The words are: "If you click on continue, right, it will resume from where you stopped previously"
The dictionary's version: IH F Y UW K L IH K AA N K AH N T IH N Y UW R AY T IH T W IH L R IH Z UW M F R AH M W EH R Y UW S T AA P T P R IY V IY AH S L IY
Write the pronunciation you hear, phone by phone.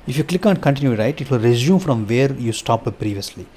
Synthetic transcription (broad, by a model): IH F Y UW K L IH K AA N K AH N T IH N Y UW R AY T IH T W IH L R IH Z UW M F R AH M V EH R Y UW S T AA P P R IY V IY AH S L IY